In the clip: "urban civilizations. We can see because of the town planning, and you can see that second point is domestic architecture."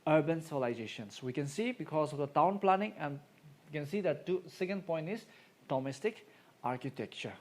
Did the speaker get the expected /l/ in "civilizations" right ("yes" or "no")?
no